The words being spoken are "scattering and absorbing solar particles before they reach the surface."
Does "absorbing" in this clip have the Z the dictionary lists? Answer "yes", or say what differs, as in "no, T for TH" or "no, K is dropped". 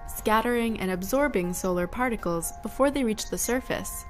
yes